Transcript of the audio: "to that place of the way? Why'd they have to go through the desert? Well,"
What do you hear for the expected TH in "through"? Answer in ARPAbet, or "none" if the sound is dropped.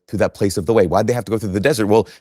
TH